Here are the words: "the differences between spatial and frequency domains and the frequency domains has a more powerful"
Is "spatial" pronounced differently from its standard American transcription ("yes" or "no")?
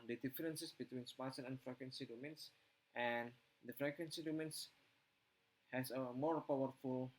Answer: yes